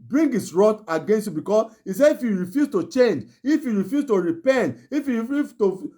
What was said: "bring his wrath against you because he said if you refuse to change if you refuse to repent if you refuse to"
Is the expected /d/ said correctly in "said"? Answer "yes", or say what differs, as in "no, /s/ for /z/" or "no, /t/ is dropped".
no, /d/ is dropped